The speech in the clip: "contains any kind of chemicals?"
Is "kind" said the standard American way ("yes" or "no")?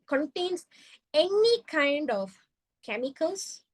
yes